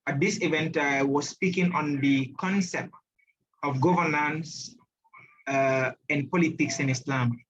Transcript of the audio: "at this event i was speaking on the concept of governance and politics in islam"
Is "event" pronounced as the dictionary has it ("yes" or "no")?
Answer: yes